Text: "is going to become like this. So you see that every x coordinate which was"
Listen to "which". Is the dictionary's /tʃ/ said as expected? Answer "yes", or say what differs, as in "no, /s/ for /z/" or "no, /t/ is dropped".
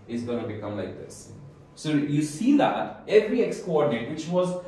yes